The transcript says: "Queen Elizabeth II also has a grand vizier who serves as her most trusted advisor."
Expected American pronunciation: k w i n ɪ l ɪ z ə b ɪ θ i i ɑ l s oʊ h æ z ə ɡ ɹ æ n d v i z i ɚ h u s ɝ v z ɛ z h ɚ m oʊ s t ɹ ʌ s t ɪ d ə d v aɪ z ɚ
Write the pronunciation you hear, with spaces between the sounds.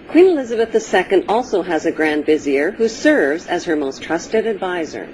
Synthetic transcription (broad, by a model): k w i n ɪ l ɪ z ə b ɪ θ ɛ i ɑ l s oʊ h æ z ə ɡ ɹ æ n d v i z i ɚ h u s ɝ v z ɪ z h ɚ m oʊ s t ɹ ʌ s t ɪ d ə d v aɪ z ɚ